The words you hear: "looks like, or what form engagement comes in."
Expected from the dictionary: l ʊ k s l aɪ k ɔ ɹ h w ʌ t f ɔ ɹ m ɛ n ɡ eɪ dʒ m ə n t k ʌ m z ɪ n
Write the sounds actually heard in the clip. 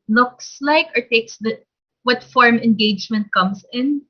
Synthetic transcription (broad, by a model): l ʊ k s l aɪ k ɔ ɹ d w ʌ t f ɔ ɹ m ɛ n ɡ eɪ dʒ m ə n t k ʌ m s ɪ n